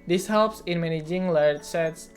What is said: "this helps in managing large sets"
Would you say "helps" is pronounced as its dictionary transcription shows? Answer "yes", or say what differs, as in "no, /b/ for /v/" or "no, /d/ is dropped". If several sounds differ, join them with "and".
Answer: yes